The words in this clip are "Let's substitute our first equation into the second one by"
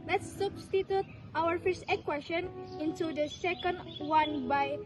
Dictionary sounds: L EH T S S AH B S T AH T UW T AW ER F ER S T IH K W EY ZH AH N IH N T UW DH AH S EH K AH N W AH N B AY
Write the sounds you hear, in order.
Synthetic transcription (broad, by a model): L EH T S S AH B S T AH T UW T AW ER F ER S T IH K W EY SH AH N IH N T UW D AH S EH K AH N W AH N B AY